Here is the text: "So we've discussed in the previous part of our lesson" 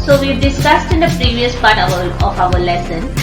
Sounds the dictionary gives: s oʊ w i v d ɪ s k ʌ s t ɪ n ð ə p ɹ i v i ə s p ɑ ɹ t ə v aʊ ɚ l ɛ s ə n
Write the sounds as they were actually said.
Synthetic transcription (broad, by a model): s oʊ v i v d ɪ s k ʌ s t ɪ n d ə p ɹ i v i ə s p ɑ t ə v aʊ ɚ l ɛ s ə n